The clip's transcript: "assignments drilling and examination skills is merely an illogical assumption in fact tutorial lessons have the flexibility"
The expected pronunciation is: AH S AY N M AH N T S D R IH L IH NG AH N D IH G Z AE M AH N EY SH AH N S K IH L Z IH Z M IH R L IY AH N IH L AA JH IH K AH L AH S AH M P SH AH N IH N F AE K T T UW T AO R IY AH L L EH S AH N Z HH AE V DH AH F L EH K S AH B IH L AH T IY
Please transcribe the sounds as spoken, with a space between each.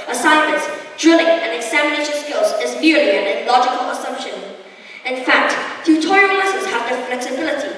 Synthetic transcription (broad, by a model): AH S AY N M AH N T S D R IH L IH NG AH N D IH G Z AE M AH N EY SH AH N S K IH L Z IH Z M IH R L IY AH N IH L AA JH IH K AH L AH S AH M P SH AH N IH N F AE K T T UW T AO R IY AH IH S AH Z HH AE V DH AH F L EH K S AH B IH L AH T IY